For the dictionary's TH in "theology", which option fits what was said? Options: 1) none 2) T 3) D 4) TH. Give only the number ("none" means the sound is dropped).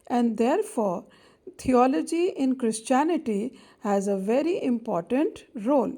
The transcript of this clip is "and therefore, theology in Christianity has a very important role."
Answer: 2